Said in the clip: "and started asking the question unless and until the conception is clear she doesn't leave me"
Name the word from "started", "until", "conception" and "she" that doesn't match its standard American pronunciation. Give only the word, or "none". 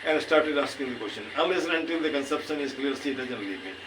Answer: she